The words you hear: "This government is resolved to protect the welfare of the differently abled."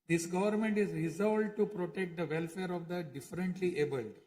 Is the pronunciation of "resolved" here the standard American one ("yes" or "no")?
no